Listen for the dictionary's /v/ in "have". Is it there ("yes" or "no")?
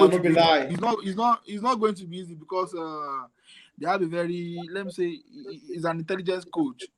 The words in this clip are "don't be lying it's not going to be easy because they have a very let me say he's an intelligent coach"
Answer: no